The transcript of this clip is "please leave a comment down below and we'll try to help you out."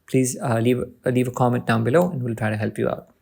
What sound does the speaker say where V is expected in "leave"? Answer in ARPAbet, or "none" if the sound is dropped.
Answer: V